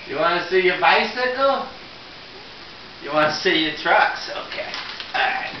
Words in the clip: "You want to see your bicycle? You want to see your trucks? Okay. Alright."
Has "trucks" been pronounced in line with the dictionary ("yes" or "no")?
yes